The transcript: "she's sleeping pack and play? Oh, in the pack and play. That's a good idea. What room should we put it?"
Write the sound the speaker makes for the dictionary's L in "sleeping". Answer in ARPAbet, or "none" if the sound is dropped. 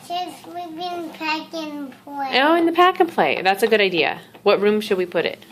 W